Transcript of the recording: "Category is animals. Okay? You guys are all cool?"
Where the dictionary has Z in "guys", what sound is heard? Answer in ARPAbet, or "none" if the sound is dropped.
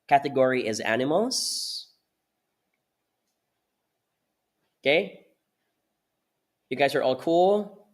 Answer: Z